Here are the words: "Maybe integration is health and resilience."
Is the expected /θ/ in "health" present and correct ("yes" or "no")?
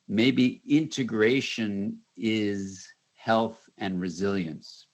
yes